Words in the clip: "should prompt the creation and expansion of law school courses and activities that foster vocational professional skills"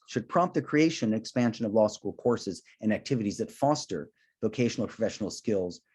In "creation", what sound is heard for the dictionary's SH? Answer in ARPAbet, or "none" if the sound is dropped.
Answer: none